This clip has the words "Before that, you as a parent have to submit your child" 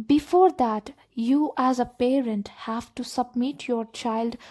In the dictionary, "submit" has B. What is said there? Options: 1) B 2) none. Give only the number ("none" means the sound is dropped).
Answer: 1